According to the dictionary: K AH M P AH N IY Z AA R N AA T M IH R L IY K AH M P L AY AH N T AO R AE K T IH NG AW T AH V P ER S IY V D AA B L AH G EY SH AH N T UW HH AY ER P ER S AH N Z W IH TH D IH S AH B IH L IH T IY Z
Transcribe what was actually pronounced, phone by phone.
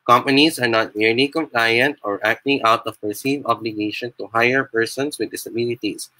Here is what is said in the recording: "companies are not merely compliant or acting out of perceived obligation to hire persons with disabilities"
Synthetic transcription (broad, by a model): K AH M P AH N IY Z AA R N AA T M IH R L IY K AH M P L AY AH N T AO R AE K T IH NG AW T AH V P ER S IY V AA B L AH G EY SH AH N T UW HH AY ER P ER S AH N S W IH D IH S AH B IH L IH T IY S